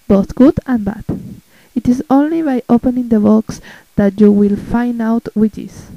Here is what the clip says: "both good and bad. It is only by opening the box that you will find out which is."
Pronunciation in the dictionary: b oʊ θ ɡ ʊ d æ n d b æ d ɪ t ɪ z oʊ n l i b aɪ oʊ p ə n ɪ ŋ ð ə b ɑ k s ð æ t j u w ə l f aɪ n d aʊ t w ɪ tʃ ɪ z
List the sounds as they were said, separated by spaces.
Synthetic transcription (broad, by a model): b oʊ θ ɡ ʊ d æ n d b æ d ɪ t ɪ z oʊ n l i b aɪ oʊ p ə n ɪ ŋ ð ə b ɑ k s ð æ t j u w ə l f aɪ n d aʊ t w ɪ tʃ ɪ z